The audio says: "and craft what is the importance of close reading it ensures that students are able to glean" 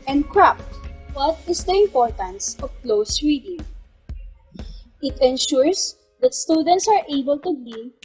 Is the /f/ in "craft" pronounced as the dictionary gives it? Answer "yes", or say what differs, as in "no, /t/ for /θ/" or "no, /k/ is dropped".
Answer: no, /p/ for /f/